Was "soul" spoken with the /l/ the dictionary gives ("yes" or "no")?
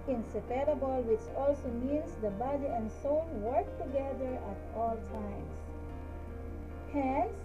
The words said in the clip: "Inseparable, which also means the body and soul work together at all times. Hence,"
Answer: no